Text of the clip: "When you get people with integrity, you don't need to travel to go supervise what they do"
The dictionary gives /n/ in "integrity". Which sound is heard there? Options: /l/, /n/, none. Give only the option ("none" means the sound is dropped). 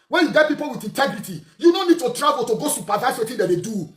/n/